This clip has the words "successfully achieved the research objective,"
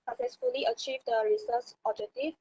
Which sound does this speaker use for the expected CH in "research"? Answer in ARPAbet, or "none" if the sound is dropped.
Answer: S